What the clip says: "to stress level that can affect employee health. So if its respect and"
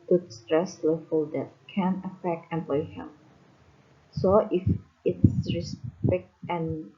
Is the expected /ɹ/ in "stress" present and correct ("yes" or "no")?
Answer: yes